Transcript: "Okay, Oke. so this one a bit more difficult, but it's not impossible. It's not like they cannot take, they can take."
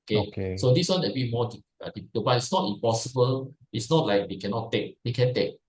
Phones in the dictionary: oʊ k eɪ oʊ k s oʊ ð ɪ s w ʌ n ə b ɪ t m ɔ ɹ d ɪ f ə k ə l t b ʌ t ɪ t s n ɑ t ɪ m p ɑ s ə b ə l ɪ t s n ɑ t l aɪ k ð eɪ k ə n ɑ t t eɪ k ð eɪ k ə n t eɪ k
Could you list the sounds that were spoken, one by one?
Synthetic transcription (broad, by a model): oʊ k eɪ k s oʊ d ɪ s w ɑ n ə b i m ɔ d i ə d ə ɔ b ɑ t ɪ t s n ɑ t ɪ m p ɑ s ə b ə l ɪ t s n ɑ t l aɪ k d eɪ k ə n ɑ t t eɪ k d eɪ k ə n t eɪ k